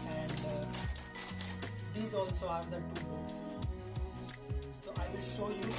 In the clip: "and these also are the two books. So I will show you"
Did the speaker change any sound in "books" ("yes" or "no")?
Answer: yes